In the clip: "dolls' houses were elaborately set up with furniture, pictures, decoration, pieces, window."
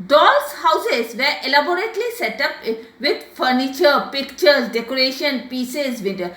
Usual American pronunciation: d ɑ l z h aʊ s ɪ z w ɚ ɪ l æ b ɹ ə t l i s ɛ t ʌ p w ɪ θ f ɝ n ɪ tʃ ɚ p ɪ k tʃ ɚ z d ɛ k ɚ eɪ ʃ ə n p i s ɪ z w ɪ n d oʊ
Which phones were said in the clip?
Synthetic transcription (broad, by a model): d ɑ l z h aʊ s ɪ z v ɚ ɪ l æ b ɹ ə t l i s ɛ t ʌ p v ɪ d f ɝ n ɪ tʃ ɚ p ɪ k tʃ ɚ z d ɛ k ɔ eɪ ʃ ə n p i s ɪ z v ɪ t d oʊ